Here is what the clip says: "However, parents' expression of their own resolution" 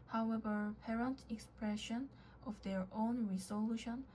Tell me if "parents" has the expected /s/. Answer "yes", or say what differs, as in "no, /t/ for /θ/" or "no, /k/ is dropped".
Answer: no, /s/ is dropped